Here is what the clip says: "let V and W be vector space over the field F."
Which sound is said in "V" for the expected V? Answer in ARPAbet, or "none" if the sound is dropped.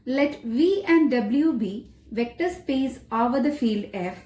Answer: V